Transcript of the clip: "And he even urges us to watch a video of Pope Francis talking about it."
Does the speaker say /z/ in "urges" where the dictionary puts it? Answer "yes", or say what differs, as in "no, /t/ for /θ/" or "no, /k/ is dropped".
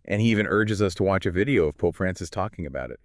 yes